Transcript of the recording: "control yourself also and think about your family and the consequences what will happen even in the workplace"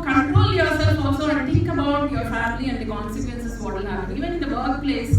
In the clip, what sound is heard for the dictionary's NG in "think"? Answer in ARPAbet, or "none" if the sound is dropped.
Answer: none